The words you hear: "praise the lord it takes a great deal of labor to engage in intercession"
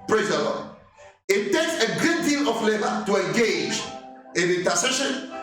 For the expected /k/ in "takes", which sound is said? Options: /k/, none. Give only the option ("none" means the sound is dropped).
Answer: /k/